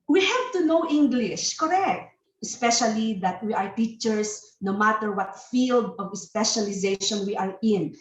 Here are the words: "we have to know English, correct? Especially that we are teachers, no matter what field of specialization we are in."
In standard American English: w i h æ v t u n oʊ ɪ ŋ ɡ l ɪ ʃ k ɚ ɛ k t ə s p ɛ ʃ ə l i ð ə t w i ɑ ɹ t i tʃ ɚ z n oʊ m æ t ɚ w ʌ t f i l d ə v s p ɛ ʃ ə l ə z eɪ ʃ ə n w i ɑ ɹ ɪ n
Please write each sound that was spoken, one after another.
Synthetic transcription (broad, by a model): w i h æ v t u n oʊ ɪ ŋ ɡ l ɪ ʃ k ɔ ɛ k t ə s p ɛ ʃ ə l i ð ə t w i ɑ ɹ t i tʃ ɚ s n oʊ m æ t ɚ w ʌ t f i l d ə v s p ɛ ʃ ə l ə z eɪ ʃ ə n w i ɑ ɹ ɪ n